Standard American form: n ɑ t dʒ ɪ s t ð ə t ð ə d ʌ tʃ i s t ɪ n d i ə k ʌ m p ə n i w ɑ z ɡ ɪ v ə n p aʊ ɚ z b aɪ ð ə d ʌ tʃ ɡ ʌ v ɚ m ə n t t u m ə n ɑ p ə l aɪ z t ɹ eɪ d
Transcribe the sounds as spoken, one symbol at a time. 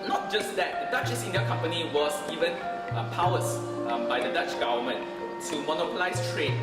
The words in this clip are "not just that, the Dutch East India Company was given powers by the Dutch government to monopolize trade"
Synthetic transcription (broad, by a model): n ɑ t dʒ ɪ s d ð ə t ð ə d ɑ tʃ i s ɪ n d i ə k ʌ m p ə n i w ɑ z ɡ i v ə n p aʊ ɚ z b aɪ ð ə d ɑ tʃ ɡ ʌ v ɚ m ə n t t u m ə n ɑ p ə l aɪ s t ɹ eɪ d